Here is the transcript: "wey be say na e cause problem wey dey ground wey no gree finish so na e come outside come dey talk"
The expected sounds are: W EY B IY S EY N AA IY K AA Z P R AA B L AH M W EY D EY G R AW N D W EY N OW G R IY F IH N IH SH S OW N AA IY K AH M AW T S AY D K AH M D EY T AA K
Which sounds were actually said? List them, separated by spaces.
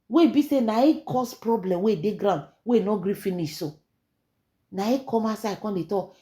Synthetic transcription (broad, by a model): W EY B IY S EY N AA IY K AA S P R AA B L AH M W EY D EY G R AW N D W EY N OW G R IY F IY N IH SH S OW N AA IY K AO M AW S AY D K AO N D EY T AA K